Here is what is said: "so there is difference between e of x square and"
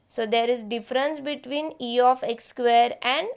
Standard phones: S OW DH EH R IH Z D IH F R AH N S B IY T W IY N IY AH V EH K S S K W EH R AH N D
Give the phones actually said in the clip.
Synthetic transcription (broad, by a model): S OW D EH R IH Z D IH F R AH N S B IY T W IY N IY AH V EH K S S K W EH R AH N D